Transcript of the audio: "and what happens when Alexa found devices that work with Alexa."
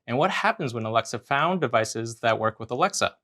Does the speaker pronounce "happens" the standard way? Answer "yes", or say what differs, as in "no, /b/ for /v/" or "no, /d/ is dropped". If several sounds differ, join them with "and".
yes